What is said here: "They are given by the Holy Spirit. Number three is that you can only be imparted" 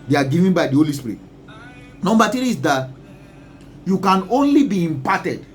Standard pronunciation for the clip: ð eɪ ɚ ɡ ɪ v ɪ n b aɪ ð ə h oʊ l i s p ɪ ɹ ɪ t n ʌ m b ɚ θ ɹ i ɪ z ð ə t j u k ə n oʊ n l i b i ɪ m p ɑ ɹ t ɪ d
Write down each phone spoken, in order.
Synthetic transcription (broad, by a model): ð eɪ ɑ ɡ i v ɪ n b aɪ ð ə h oʊ l i s p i ɹ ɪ t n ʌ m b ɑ t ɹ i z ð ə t j u k ə n oʊ n l i b i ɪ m p ɑ t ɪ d